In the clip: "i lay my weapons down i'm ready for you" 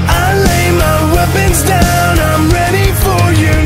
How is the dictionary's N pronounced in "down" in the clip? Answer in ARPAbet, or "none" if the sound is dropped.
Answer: N